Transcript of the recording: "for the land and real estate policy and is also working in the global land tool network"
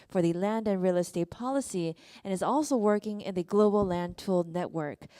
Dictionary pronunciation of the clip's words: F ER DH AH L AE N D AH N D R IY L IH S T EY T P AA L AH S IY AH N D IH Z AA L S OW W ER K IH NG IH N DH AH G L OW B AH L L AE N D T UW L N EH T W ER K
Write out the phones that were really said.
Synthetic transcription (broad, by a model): F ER DH AH L AE N D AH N R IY L IH S T EY T P AA L AH S IY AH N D IH Z AA L S OW W ER K IH NG IH N DH AH G L OW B L L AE N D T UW L N EH T W ER K